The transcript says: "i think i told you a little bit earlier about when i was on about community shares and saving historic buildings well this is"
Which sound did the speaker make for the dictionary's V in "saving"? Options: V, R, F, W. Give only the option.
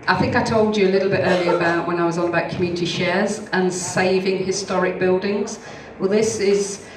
V